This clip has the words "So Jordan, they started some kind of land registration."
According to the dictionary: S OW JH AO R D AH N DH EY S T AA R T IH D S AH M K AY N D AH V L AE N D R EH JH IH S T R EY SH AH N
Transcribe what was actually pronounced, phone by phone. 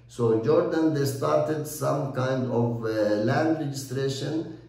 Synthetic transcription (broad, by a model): S OW JH AO R D AH N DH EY S T AA R T IH D S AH M K AY N D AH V L AE N D R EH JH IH S T R EY SH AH N